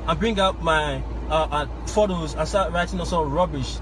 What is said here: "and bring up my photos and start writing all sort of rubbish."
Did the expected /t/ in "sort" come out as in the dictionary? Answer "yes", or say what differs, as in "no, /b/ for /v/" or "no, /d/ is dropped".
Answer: no, /t/ is dropped